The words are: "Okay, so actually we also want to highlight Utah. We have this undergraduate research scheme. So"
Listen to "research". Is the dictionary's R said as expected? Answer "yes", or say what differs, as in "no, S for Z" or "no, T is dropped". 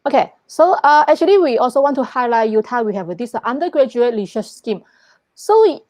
no, L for R